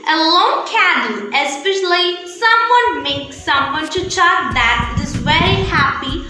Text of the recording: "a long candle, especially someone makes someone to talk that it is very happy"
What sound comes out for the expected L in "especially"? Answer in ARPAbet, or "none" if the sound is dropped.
L